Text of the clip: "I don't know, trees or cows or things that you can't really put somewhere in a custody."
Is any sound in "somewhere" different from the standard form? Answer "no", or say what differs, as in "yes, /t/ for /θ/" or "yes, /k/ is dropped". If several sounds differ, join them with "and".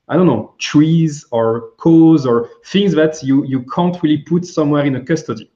no